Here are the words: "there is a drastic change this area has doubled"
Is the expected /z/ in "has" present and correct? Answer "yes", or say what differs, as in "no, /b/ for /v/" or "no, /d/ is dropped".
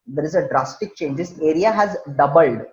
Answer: yes